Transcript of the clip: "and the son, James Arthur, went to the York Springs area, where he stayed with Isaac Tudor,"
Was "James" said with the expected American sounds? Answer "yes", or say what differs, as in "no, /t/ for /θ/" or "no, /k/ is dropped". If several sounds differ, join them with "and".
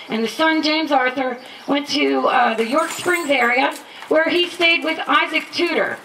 yes